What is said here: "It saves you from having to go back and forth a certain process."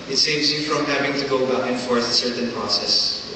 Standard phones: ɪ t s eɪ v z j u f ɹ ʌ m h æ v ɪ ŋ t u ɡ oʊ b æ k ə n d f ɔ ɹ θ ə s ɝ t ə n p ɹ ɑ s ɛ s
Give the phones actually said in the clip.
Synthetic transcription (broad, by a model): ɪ t s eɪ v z j u f ɹ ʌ m h æ v ɪ ŋ t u ɡ oʊ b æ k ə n f ɔ ɹ s ə s ɝ t ə n p ɹ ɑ s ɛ s